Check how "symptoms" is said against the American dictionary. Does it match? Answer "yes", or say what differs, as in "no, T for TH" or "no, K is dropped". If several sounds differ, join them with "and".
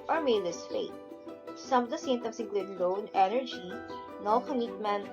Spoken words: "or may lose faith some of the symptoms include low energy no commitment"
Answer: no, P is dropped and S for Z